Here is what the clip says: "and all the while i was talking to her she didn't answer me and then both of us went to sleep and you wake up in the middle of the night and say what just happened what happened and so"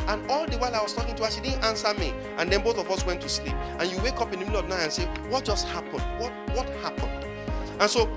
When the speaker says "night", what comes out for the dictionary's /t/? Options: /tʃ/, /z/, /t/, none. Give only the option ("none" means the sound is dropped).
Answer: none